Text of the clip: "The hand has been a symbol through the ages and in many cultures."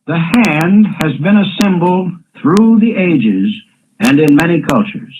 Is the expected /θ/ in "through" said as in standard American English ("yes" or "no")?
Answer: yes